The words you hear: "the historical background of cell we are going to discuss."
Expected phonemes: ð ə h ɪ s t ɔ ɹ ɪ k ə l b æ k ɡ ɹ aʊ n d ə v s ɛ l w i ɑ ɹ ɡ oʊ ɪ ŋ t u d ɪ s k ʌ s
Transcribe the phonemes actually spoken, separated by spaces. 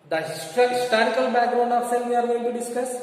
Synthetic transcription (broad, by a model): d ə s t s t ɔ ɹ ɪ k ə l b æ k ɡ ɹ aʊ n d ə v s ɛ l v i ɑ ɹ ɡ oʊ ɪ ŋ t u d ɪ s k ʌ s